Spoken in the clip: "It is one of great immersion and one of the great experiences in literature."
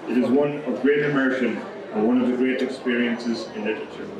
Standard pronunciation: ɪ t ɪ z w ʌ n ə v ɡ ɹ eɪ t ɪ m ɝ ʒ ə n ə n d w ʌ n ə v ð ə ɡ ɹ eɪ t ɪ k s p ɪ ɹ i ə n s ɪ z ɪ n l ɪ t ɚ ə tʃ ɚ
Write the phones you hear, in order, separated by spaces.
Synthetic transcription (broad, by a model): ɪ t ɪ z w ʌ n ə v ɡ ɹ eɪ t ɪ m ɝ ʃ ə n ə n w ʌ n ə v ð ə ɡ ɹ eɪ t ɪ k s p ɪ ɹ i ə n s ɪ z ɪ n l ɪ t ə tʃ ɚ